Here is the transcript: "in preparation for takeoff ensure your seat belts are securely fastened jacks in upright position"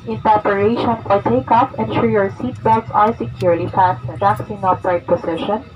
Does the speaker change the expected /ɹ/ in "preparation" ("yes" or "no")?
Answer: yes